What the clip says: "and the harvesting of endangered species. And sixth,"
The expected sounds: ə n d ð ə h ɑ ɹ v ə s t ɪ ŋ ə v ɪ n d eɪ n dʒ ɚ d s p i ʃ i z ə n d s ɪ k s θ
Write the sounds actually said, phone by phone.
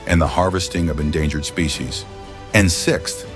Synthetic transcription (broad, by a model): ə n ð ə h ɑ ɹ v ə s t ɪ ŋ ə v ɪ n d eɪ n dʒ ɚ d s p i ʃ i z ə n s ɪ k s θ